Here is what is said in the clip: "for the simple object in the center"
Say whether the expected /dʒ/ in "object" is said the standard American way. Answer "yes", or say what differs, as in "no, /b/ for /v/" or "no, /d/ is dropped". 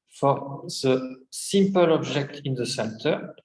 no, /ʒ/ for /dʒ/